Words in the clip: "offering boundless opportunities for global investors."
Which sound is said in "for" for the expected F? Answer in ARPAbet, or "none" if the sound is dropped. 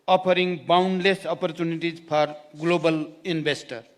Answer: P